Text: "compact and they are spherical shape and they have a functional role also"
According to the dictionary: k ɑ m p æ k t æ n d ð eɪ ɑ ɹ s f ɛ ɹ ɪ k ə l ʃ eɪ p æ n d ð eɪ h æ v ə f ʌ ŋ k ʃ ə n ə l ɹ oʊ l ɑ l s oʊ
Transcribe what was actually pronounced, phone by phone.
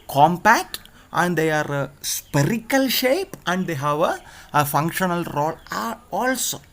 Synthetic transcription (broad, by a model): k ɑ m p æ k t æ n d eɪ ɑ ɹ s p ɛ ɹ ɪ k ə l ʃ eɪ p æ n d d eɪ h æ v ə f ʌ ŋ k ʃ ə n ə l ɹ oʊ l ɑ l s oʊ